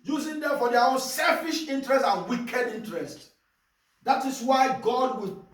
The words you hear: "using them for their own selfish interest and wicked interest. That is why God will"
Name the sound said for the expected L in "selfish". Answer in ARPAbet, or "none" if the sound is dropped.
L